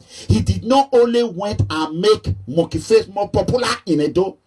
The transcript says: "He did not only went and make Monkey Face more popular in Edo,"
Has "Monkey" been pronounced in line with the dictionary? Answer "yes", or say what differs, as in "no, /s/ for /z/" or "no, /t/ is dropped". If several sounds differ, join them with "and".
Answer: no, /ŋ/ is dropped